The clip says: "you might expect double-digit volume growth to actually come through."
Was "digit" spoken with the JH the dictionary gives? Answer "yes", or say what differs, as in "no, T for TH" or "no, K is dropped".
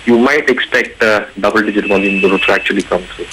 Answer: yes